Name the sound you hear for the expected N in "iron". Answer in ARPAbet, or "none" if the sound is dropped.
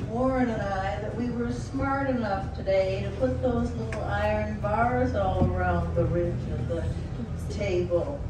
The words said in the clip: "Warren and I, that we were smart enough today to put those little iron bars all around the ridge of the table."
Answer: N